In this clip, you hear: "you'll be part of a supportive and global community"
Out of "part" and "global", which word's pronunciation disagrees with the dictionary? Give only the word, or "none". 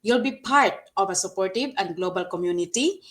none